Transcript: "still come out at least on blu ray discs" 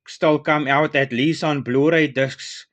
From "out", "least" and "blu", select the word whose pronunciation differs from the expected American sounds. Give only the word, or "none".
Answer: least